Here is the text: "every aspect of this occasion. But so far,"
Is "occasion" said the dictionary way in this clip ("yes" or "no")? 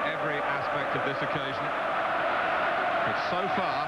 yes